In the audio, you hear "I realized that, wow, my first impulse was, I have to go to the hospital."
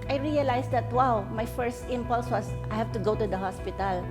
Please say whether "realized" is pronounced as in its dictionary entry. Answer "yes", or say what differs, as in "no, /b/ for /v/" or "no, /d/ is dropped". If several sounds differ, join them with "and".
no, /s/ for /z/